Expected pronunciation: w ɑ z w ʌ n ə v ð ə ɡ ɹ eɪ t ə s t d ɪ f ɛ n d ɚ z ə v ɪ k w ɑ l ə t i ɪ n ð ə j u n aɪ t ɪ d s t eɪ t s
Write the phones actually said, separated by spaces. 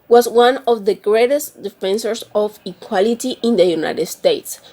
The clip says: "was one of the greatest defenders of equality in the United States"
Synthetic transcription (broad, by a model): w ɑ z w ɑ n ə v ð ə ɡ ɹ eɪ t ə s t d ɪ f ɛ n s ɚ s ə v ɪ k w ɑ l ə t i ɪ n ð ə j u n aɪ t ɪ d s t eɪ t s